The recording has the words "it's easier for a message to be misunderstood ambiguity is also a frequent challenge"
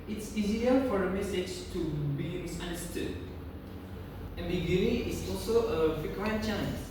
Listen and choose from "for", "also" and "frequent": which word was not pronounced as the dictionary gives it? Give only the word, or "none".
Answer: frequent